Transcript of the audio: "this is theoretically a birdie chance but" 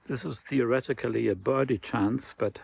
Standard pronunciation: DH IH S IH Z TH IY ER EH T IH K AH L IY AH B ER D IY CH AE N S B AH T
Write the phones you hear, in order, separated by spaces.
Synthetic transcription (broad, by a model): DH IH S IH Z TH IY ER EH T IH K AH L IY AH B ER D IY CH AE N S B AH T